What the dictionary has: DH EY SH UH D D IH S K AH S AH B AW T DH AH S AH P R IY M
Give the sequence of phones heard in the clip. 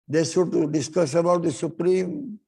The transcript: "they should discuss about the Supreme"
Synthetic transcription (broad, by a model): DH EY S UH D D IH S K AH S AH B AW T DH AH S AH P R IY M